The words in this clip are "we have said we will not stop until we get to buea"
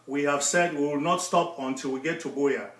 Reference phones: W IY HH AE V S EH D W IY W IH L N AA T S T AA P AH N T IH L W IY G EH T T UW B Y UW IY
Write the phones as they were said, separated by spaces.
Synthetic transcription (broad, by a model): W IY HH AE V S EH D W IY W IH L N AA T S T AA P AH N T IH L W IY G EH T T UW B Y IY